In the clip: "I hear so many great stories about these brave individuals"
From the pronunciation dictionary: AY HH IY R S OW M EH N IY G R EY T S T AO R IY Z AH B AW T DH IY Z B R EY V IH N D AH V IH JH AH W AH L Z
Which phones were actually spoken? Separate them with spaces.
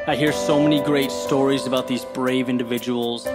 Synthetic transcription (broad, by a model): AY HH IY R S OW M EH N IY G R EY T S T AO R IY Z AH B AW T DH IY Z B R EY V IH N D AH V IH JH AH W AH L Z